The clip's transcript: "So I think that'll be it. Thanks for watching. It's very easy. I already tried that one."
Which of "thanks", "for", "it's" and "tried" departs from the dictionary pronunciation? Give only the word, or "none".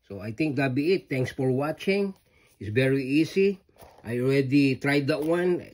thanks